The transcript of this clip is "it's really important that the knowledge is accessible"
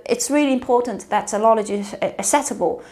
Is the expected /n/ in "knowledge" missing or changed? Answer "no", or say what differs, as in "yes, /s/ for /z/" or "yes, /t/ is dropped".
yes, /l/ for /n/